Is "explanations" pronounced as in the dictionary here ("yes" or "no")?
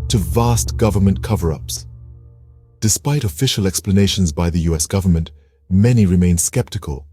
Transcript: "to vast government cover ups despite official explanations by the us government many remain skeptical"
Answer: yes